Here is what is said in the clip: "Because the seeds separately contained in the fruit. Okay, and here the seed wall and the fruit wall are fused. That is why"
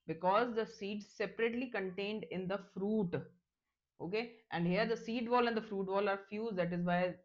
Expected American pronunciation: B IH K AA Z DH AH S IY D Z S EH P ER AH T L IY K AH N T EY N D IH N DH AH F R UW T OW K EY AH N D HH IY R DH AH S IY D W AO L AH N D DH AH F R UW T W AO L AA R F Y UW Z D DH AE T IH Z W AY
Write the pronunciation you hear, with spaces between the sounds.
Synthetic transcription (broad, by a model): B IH K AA Z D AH S IY D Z S EH P ER AH T L IY K AH N T EY N D IH N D AH F R UW T OW K EY AH N D HH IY R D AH S IY D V AO L AH N D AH F R UW T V AO L AA R F Y UW Z D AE T IH Z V AY